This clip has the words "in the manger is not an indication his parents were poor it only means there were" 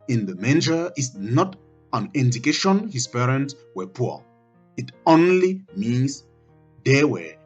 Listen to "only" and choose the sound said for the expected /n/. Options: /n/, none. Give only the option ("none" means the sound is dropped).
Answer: /n/